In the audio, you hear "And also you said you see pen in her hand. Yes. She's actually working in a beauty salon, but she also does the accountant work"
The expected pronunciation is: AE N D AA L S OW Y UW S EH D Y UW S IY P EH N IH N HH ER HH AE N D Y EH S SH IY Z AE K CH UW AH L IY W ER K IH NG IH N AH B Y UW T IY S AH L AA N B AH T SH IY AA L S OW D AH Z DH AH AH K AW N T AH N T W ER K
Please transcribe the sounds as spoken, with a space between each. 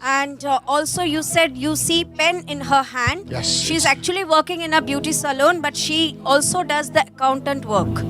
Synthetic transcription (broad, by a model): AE N D AA L S OW Y UW S EH D Y UW S IY P EH N IH N HH ER HH AE N D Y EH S SH IY Z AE K CH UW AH L IY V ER K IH NG IH N AH B Y UW T IY S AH L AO N B AH T SH IY AA L S OW D AH Z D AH AH K AW N T AH N T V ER K